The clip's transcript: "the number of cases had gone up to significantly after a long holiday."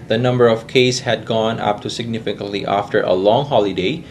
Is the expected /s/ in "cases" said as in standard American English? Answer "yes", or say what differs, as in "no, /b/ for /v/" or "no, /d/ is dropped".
no, /s/ is dropped